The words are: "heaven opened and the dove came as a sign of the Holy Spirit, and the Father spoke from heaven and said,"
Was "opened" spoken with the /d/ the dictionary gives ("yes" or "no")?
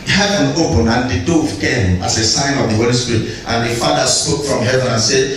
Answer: no